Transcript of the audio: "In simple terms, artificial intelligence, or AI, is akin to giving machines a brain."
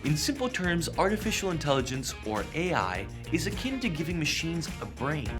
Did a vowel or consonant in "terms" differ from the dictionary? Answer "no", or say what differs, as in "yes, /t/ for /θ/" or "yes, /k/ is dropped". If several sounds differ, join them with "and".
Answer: no